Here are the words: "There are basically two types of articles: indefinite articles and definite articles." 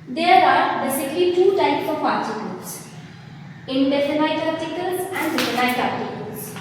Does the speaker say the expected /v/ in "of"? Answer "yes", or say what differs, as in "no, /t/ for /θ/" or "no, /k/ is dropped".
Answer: no, /p/ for /v/